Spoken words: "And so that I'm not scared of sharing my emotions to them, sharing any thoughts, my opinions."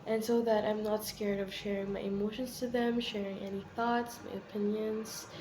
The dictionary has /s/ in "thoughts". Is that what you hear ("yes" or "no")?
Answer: yes